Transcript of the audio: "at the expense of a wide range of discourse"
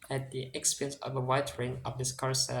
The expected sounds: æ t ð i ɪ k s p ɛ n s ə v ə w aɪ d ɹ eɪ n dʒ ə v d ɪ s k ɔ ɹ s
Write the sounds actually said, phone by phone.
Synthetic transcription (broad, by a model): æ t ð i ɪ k s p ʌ n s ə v ə w aɪ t ɹ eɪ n ə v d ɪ s k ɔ ɹ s